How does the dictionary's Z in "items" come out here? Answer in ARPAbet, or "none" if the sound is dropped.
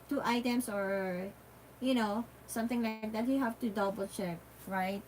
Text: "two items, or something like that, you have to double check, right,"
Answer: S